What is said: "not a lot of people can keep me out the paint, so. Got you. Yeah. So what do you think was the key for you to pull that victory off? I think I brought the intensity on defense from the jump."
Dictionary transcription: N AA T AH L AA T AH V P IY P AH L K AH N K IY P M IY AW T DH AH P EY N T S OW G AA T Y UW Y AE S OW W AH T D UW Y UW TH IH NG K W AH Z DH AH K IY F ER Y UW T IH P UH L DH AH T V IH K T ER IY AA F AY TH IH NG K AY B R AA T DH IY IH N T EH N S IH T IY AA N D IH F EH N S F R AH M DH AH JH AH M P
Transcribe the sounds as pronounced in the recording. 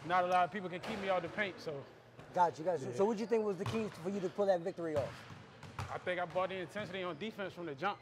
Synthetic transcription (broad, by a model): N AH T AH L AA T AH V P IY P L K AH N K IY P M IY AW T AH P EY N T S OW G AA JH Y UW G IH S OW W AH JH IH TH IH NG K W AH Z DH AH K IY F ER Y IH T IH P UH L DH AH T V IH K T ER IY AA F AY TH IH NG K AY B AA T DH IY IH N T EH N S IH T IY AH N D IH F EH N S F R AH M DH AH JH AH M P